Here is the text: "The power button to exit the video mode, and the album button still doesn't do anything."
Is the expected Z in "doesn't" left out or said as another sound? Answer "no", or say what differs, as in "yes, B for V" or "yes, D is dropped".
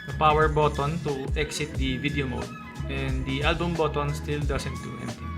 yes, S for Z